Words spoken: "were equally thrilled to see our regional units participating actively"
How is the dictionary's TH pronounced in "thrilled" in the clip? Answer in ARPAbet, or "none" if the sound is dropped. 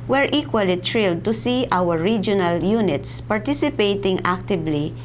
T